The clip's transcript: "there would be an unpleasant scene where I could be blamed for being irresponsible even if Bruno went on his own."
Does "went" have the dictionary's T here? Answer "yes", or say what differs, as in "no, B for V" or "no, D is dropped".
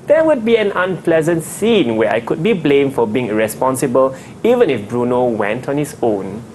yes